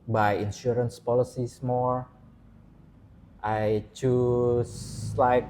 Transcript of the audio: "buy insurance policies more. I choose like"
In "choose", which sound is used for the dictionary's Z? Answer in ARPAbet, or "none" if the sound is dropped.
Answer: S